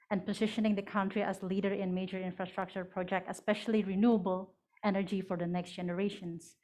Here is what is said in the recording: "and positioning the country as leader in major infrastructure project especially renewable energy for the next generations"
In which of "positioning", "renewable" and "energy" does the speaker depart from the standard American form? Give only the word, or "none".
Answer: none